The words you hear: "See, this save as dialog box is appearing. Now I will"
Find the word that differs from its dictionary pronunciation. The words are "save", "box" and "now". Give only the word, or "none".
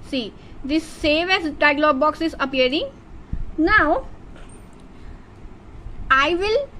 none